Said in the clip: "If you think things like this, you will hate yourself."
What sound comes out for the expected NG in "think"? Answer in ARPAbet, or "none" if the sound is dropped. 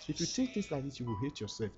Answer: none